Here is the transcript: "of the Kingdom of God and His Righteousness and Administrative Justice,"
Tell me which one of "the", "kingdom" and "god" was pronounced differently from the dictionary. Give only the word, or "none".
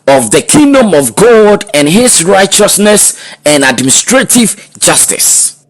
none